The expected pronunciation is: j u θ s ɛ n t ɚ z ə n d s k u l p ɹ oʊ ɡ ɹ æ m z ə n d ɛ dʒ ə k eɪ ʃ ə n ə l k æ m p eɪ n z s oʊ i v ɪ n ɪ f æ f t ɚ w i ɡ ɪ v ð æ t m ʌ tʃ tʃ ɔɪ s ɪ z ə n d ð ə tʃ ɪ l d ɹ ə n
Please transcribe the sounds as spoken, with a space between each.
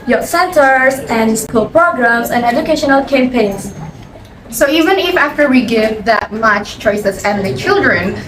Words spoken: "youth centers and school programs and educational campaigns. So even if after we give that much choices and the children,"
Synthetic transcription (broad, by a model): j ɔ s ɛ n t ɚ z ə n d s k u l p ɹ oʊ ɡ ɹ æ m s ə n d ɛ dʒ ə k eɪ ʃ ə n ə l k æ m p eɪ n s s oʊ i v ɪ n ɪ f æ f t ɚ w i ɡ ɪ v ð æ t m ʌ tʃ tʃ ɔɪ s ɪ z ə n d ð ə tʃ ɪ l d ɹ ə n